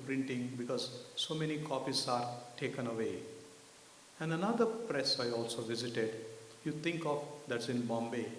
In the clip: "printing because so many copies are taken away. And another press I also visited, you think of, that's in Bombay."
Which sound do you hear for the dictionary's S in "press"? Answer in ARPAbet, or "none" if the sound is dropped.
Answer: S